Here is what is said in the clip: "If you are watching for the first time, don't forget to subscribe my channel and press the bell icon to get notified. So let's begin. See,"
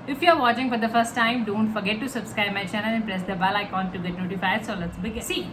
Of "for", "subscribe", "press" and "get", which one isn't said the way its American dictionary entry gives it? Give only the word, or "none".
none